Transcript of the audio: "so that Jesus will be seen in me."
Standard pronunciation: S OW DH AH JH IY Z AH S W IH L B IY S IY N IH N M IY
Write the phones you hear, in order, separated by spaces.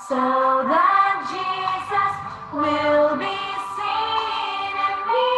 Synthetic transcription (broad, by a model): S OW DH AH JH IY Z AH S W IH L B IY S IY N IH N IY